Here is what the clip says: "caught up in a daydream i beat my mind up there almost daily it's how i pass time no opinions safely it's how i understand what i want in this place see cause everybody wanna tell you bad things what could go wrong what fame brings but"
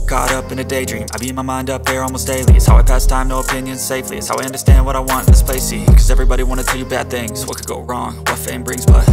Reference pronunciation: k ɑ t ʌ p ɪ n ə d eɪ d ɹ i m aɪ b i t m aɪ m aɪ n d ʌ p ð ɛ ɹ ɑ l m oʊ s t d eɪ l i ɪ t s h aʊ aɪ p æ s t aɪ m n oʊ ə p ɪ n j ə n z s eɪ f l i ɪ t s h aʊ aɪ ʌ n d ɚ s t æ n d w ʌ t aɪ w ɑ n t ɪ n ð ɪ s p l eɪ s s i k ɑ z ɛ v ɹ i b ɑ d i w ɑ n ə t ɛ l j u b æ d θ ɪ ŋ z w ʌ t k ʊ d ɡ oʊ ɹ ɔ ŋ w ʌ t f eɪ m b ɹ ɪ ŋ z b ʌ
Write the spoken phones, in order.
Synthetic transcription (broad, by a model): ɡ ɑ t ʌ p ɪ n ə d eɪ d ɹ i m aɪ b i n m aɪ m aɪ n d ʌ p ð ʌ ɹ ɑ l m oʊ s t d eɪ l i ɪ t s h aʊ aɪ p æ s t aɪ m n oʊ ə p ɪ n j ə n z s eɪ f l i ɪ t s h aʊ aɪ ʌ n d ɚ s t æ n d w ʌ t aɪ w ɑ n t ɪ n ð ɪ s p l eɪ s s i k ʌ z ɛ v ɹ i b ɑ d i w ɑ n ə t ɛ l j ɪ b æ d θ ɪ ŋ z w ʌ t k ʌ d ɡ oʊ ɹ ɔ ŋ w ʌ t f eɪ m b ɹ ɪ ŋ z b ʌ